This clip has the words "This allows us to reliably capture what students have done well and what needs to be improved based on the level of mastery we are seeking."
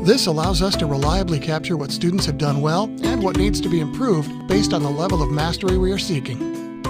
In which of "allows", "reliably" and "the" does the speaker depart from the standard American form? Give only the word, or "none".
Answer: none